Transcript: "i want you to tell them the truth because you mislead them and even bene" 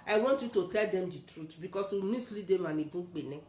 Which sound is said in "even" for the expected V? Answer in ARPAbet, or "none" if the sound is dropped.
B